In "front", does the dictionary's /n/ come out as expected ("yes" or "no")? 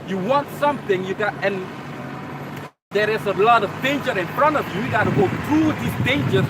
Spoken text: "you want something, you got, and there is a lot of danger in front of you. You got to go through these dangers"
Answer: yes